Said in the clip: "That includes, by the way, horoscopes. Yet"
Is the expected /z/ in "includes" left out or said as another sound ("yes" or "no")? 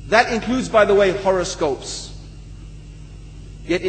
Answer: no